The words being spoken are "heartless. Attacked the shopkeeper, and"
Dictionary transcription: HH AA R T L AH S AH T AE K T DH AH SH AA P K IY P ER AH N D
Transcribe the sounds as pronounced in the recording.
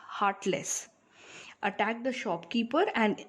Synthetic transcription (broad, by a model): HH AA R T L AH S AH T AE K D AH SH AA P K IY P ER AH N D